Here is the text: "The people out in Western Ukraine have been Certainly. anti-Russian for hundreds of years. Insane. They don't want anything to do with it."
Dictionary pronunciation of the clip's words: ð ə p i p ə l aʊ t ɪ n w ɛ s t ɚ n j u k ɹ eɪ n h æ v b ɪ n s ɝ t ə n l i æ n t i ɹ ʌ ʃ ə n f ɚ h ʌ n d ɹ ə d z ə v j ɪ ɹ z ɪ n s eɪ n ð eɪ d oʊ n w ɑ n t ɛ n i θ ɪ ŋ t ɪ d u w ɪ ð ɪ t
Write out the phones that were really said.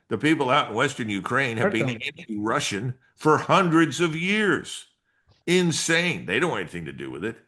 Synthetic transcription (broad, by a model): ð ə p i p l aʊ t n w ɛ s t ɚ n j u k ɹ eɪ n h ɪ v b ɪ n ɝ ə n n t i ɹ ʌ ʃ ə n f ɚ h ʌ n d ɹ ə d z ə v j ɪ ɹ z ɪ n s eɪ n ð eɪ d oʊ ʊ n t ɛ n i θ ɪ ŋ t ɪ d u w ɪ ð ɪ t